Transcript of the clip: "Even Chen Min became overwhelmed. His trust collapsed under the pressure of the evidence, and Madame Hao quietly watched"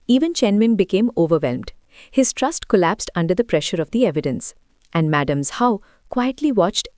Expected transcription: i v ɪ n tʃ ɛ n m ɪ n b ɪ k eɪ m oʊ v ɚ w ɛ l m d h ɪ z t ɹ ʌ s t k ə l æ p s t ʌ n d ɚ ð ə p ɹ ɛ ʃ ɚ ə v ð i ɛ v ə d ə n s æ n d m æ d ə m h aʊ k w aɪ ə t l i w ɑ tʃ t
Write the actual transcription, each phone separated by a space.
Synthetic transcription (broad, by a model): i v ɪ n tʃ ɛ n m ɪ n b ɪ k eɪ m oʊ v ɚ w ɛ l m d h ɪ z t ɹ ʌ s t k ə l æ p s t ʌ n d ɚ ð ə p ɹ ɛ ʃ ɚ ə v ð i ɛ v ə d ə n s æ n d m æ d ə m h aʊ k w aɪ ə t l i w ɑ tʃ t